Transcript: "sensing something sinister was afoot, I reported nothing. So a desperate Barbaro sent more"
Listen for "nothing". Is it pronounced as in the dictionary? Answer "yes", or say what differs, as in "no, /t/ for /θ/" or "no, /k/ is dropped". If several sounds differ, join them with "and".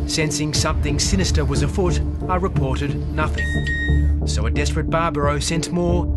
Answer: yes